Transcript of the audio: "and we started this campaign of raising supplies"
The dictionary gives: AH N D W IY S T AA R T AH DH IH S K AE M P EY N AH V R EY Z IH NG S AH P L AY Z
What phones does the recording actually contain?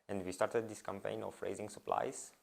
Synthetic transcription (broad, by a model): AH N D W IY S T AA R T AH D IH S K AE M P EY N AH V R EY Z IH NG S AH P L AY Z